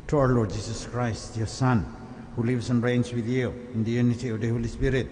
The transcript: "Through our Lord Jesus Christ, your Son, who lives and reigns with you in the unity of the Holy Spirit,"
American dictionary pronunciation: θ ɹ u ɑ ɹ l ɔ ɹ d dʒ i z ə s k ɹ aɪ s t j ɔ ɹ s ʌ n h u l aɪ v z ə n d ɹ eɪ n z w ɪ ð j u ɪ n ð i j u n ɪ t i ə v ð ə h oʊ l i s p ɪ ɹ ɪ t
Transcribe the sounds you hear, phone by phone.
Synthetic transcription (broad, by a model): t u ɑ w l ɔ ɹ d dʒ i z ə s k ɹ aɪ s t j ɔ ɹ s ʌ n h u l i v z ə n ɹ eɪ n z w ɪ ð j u ɪ n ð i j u n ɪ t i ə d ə h oʊ l i s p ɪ ɹ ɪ t